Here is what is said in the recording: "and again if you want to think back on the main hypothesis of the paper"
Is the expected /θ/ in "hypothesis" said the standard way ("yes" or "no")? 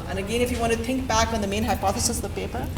yes